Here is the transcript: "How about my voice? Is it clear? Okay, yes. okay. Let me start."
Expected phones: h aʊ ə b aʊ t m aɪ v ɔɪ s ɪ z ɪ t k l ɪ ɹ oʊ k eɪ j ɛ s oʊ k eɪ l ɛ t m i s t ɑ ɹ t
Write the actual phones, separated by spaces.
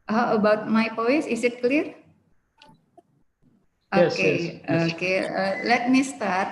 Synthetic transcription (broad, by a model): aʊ ə b aʊ t m aɪ p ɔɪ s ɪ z ɪ t k l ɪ ɹ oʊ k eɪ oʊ k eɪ l ɛ t m i s t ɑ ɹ t